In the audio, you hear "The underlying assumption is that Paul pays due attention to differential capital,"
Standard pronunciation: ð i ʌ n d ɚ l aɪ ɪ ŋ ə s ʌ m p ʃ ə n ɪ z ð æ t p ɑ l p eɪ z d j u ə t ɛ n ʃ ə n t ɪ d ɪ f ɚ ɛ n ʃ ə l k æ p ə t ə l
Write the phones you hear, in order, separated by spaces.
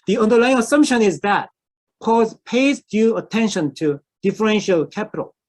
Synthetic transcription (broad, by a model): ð i ʌ n d ɚ l aɪ ɪ ŋ ə s ʌ m p ʃ ə n ɪ z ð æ t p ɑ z p eɪ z d j u ə t ɛ n ʃ ə n t ɪ d ɪ f ɚ ɛ n ʃ ə l k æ p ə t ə l